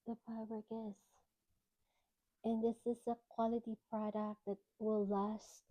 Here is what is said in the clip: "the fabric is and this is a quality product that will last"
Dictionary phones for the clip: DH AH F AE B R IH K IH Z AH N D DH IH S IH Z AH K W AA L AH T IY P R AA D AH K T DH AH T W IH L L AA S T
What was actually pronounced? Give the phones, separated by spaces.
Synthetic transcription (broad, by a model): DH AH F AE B IH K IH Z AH N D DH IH S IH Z AH K W AA L AH T IY P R AA D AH K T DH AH T W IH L L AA S T